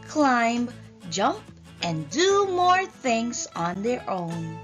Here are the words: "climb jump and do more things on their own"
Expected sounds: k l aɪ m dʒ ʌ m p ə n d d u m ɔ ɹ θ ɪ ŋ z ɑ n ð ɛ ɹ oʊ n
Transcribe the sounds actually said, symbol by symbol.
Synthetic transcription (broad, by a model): k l aɪ m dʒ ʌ m p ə n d d u m ɔ ɹ θ ɪ ŋ z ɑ n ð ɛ ɹ oʊ n